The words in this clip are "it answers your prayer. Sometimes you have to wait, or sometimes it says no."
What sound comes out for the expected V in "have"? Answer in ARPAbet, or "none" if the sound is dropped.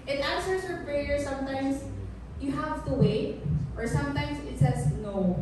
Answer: V